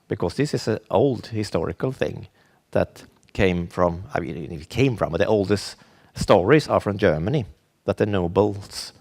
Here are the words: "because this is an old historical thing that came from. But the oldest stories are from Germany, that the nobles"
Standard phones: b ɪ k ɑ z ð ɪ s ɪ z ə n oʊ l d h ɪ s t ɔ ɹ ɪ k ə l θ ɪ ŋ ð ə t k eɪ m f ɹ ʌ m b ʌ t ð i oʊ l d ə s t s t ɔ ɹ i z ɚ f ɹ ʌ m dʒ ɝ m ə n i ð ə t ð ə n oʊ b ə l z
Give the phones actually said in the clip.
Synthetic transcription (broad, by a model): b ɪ k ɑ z ð ɪ s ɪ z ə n oʊ l d h ɪ s t ɔ ɹ ɪ k ə l θ ɪ ŋ ð ə t k eɪ m f ɹ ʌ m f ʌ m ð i oʊ l d ə s t s t ɔ ɹ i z ɚ f ɹ ʌ m dʒ ɝ m ə n i ð ə t ð ə n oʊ b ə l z